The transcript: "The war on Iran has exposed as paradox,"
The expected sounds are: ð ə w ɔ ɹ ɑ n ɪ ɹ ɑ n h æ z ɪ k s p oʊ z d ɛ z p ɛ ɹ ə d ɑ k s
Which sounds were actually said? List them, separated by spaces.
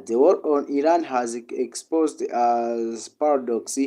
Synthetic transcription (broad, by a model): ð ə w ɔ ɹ ɑ n ɪ ɹ ɑ n h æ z ɪ k s p oʊ z d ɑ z p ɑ ɹ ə d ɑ k s